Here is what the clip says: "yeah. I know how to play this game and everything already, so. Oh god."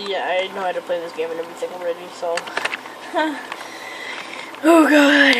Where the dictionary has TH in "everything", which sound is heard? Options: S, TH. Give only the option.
S